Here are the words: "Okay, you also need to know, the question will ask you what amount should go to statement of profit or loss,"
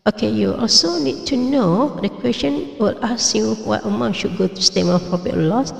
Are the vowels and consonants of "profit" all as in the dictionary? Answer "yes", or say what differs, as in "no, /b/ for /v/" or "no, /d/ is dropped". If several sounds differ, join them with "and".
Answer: no, /p/ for /f/ and /t/ is dropped